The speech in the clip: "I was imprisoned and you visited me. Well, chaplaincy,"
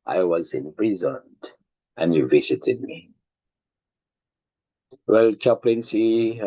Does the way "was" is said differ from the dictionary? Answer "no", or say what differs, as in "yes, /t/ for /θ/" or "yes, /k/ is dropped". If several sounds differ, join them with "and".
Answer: no